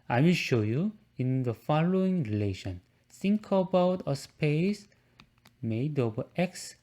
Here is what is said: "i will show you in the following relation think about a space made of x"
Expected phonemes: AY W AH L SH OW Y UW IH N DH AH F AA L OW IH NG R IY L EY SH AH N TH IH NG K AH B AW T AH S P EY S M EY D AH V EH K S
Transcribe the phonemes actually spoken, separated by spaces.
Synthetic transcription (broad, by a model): AY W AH SH OW Y UW IH N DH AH F AA L OW IH NG R IY L EY SH AH N S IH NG K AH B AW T AH S P EY S M EY D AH B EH K S